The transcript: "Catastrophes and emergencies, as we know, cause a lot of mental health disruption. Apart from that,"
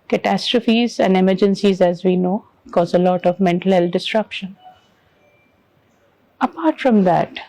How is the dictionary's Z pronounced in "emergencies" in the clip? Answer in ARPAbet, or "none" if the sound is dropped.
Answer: Z